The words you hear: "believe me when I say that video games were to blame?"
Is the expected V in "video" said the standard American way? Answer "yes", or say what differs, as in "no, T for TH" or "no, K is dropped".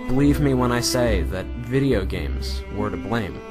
yes